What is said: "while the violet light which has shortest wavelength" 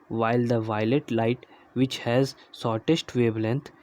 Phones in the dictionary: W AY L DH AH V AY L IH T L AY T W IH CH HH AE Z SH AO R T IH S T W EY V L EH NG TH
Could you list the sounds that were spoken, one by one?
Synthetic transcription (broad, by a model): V AY L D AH V AY L IH T L AY T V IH CH HH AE Z S AO R T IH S T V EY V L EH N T